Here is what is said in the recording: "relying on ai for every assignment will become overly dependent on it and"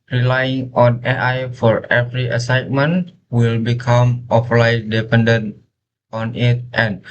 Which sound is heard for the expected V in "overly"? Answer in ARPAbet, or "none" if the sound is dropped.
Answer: P